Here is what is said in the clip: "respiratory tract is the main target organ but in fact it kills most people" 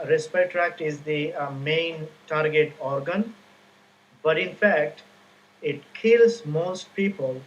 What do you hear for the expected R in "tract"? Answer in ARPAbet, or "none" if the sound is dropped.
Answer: R